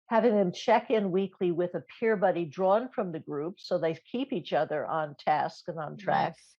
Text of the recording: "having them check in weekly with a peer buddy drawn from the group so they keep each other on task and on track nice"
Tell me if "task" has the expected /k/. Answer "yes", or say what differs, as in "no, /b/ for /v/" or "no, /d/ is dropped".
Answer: yes